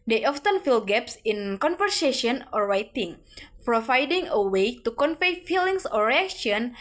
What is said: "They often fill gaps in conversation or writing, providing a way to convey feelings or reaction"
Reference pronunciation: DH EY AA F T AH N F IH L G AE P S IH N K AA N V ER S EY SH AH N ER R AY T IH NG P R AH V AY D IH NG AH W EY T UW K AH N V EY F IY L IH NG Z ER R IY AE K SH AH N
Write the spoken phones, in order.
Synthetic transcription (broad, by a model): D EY AA F T AH N F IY L G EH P S IH N K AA N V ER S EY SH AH N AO R AY T IH NG P R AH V AY D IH NG AH W EY T UW K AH N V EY F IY L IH NG S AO R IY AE K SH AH N